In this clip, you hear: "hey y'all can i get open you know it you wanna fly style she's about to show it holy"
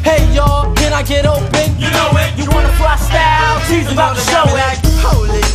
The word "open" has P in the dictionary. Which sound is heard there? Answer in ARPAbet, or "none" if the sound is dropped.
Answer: P